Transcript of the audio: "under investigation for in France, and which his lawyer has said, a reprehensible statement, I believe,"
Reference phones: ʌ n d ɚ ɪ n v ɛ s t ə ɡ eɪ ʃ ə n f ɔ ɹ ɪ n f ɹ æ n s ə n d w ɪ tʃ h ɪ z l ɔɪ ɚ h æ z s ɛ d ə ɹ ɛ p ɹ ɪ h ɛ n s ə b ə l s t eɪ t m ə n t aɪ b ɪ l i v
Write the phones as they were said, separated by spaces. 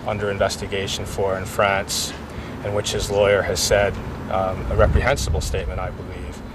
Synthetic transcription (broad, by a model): ʌ n d ɚ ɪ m v ɛ s t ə ɡ eɪ ʃ n f ɔ ɹ ɪ n f ɹ æ n s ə n w ɪ tʃ h ɪ z l ɔɪ ɚ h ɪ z s ɛ d ə ɹ ɛ p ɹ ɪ h ɛ n s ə b l s t eɪ t m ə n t aɪ b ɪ l i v